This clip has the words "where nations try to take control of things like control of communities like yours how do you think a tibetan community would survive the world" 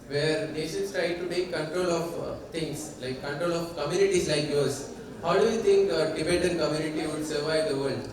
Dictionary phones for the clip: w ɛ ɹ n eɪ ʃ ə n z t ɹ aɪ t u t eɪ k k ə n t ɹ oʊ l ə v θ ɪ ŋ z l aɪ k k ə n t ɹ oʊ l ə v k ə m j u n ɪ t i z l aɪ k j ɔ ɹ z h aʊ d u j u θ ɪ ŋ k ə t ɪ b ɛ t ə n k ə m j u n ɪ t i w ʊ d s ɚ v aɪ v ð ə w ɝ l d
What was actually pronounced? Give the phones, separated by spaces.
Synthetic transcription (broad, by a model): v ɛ ɹ n eɪ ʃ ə n s t ɹ aɪ t u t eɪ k k ə n t ɹ oʊ l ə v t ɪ ŋ s l aɪ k k ə n t ɹ oʊ l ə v k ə m j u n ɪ t i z l aɪ k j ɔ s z h aʊ d u j u t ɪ ŋ k ə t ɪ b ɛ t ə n k ə m j u n ɪ t i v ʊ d s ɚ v aɪ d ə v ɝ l d